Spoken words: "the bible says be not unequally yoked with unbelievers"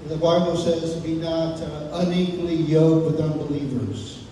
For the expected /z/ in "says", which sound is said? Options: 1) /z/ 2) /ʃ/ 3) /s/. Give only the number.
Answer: 1